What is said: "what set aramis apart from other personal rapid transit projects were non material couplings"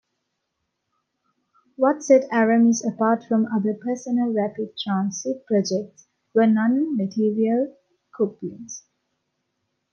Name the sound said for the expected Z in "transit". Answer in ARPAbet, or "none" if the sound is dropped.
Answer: S